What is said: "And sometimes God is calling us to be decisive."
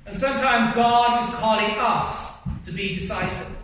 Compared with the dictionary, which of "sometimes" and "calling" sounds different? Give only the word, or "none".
none